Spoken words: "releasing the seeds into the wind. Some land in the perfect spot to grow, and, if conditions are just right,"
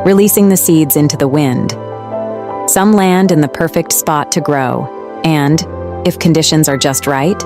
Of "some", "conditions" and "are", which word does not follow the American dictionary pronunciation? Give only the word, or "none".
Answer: none